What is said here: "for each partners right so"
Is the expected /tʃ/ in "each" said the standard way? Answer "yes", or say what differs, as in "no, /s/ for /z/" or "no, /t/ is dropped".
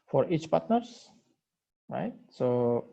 yes